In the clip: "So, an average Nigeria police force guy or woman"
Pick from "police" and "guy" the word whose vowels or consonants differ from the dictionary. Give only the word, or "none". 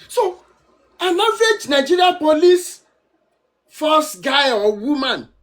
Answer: none